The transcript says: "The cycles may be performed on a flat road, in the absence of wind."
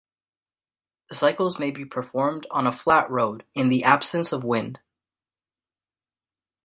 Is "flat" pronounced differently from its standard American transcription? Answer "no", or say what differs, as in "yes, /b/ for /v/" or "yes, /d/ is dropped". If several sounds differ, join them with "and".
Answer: no